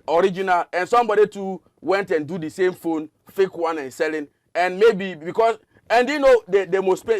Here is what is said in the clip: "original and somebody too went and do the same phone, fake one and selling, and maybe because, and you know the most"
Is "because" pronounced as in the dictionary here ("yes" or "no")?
no